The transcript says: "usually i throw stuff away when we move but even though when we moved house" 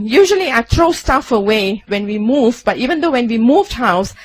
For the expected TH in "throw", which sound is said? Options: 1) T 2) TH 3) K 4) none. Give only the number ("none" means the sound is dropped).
1